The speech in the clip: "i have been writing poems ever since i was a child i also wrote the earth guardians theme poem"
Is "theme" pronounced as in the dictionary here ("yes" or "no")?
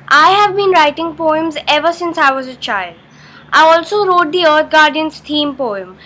no